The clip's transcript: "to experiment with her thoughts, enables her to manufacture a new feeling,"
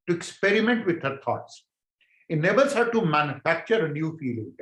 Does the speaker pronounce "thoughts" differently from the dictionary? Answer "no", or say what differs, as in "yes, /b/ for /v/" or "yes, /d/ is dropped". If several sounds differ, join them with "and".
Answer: yes, /t/ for /θ/